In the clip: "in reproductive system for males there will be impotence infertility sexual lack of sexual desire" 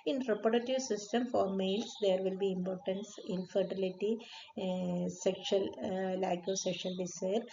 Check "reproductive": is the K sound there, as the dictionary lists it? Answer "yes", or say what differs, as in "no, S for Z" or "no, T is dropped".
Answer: no, K is dropped